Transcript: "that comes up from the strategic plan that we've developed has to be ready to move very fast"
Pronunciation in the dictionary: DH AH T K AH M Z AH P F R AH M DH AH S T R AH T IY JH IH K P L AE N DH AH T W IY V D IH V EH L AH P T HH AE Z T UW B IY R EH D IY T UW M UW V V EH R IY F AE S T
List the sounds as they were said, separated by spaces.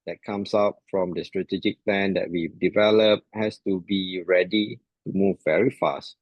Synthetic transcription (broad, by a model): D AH T K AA M S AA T F R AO M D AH S T R AH T IY JH IH K P L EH N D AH T W IY D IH V EH L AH P HH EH S T UW B IY R EH D IY T UW M UW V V EH R IY F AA S T